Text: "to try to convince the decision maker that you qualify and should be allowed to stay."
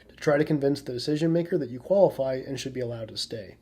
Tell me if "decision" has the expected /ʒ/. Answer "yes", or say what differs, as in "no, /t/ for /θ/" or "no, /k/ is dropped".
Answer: yes